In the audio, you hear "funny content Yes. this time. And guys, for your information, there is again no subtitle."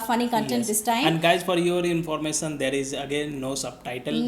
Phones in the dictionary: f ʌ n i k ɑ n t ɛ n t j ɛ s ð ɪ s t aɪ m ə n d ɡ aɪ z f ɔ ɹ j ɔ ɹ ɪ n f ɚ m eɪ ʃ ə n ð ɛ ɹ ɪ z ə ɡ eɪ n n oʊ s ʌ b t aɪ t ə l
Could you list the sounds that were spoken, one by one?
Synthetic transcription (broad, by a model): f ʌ n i k ɑ n t ɛ n t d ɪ s t aɪ ə n d ɡ aɪ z f ɔ ɹ j ɔ ɹ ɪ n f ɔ m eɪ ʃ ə n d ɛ ɹ ɪ z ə ɡ eɪ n n oʊ s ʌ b t aɪ t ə l